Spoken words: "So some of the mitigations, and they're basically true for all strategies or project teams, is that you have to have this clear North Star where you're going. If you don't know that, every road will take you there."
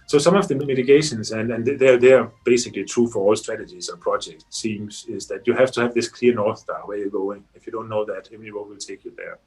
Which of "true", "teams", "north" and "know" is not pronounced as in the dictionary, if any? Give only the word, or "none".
teams